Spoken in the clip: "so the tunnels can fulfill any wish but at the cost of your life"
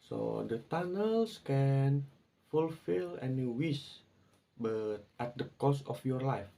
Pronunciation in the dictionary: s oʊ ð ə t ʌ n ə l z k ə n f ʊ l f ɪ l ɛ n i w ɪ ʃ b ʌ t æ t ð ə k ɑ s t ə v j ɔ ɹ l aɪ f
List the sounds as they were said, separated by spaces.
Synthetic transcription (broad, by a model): s oʊ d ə t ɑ n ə l s k ə n f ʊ l f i l ɛ n i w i s b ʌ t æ t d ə k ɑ s ə f j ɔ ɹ l aɪ f